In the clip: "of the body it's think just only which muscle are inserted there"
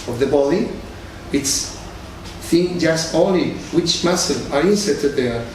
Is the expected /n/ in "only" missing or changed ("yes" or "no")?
yes